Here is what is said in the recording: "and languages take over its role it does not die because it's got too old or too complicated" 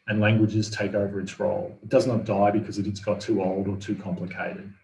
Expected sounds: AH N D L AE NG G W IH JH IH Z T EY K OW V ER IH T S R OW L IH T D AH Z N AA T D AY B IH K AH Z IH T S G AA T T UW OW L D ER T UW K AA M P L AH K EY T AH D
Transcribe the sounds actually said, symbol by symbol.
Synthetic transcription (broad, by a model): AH N L AE NG G W IH JH IH Z T EY K OW V ER IH T S R OW L IH T D AH Z N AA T D AY B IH K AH Z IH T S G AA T T UW OW L D ER T UW K AA M P L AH K EY T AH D